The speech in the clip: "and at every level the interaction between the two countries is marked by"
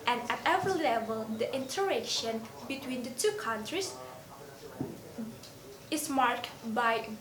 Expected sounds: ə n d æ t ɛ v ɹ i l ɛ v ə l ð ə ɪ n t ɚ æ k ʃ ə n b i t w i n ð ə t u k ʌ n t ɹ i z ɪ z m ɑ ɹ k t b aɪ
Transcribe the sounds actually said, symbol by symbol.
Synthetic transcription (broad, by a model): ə n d æ t ɛ v ɹ i l ɛ v ə l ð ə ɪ n t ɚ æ k ʃ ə n b i t w i n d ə t u k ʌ n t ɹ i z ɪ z m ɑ ɹ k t b aɪ